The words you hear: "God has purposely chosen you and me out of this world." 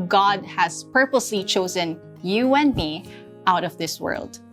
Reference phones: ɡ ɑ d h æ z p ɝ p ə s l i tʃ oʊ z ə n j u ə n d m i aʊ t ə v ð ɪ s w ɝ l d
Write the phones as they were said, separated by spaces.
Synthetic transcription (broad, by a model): ɡ ɑ d h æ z p ɝ p ə s l i tʃ oʊ z ə n j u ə n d m i aʊ t ə v ð ɪ s w ɝ l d